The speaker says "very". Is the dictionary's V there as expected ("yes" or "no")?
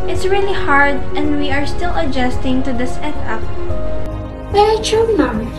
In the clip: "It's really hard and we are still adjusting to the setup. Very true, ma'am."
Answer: no